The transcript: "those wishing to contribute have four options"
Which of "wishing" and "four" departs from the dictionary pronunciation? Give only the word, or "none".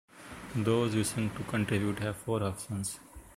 wishing